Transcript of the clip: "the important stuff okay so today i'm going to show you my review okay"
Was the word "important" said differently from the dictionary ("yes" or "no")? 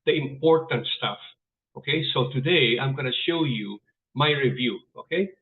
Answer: no